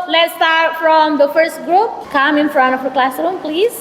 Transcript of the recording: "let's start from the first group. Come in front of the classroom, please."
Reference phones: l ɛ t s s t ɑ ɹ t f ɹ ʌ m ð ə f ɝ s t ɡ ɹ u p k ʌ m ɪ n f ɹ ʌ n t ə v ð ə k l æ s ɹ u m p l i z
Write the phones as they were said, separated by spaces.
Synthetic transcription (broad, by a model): l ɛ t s s t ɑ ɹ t f ɹ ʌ m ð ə f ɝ s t ɡ ɹ u p k ʌ m ɪ n f ɹ ʌ n t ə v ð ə k l æ s ɹ u m p l i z